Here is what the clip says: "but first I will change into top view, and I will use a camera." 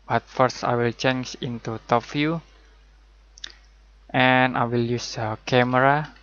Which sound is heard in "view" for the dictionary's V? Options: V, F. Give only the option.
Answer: F